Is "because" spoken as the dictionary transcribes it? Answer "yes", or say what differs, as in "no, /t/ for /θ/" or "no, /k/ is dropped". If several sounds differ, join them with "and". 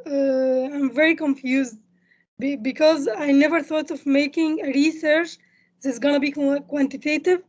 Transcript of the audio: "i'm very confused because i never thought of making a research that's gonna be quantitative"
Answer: yes